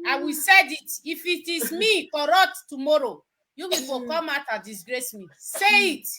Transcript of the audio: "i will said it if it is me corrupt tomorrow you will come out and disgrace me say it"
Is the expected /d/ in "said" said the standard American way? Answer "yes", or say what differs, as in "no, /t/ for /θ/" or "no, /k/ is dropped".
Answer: yes